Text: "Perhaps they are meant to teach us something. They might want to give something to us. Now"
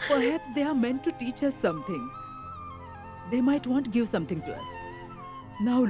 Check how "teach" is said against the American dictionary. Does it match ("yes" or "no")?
yes